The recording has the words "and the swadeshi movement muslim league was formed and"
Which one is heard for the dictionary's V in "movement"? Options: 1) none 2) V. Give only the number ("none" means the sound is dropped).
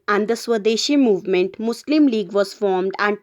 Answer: 2